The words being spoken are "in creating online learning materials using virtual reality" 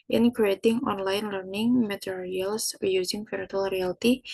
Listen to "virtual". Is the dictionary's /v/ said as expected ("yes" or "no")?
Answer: no